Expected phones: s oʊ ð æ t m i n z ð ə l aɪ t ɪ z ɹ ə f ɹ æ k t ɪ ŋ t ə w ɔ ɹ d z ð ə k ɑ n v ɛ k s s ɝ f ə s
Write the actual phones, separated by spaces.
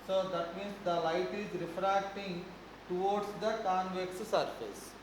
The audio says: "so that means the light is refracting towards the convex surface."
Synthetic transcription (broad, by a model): s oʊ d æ t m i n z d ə l aɪ t ɪ z ɹ ə f ɹ æ k t ɪ ŋ t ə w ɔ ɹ d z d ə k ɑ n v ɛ k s s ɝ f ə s